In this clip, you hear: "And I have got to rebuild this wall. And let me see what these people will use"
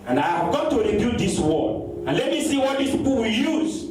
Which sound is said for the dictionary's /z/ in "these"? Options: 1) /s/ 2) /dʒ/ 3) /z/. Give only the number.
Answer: 1